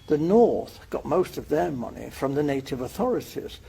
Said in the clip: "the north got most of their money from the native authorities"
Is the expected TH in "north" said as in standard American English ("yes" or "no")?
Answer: yes